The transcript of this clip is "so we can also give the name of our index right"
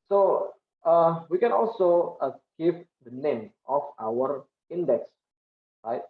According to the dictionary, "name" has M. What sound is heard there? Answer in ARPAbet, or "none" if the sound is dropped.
M